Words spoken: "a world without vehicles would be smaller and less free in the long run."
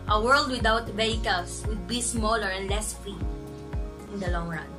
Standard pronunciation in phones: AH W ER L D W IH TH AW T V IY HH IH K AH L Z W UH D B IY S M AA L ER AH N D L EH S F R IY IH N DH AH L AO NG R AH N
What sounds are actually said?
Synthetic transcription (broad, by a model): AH W ER L D W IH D AW T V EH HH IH K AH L S W UH D B IY S M AA L ER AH N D L EH S F R IY IH N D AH L AO NG R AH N